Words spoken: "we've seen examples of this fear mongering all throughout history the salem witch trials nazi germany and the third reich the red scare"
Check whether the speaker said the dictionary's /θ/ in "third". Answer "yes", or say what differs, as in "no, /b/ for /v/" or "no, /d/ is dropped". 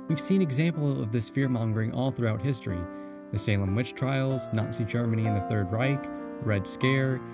yes